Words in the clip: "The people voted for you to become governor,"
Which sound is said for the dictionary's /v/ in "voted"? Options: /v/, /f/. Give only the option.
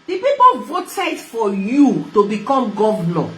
/v/